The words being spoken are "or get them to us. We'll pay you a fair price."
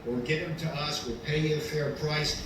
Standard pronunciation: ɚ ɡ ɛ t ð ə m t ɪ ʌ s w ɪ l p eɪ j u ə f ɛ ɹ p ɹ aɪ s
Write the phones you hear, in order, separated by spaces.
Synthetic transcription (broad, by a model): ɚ ɡ ɛ t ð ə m t ɪ ʌ s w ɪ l p eɪ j ə f ɛ ɹ p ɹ aɪ s